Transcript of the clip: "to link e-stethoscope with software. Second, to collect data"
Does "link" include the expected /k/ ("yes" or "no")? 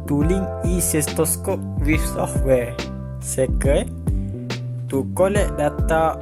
no